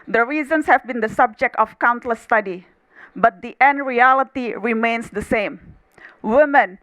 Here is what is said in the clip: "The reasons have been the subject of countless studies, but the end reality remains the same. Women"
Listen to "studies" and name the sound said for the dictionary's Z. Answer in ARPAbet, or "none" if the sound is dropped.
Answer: none